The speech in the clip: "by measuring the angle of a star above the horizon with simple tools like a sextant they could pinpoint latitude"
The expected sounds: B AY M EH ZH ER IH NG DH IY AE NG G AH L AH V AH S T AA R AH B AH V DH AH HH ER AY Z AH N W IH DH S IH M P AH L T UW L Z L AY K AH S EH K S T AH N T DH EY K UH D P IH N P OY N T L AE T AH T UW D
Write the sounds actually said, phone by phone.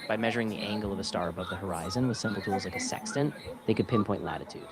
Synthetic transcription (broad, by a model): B AY M EH ZH ER IH NG DH IY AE NG G L AH V AH S T AA R AH B AH V DH AH HH ER AY Z AH N W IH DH S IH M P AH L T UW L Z L AY K AH S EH K S T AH N DH EY K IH D P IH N P OY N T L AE T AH T UW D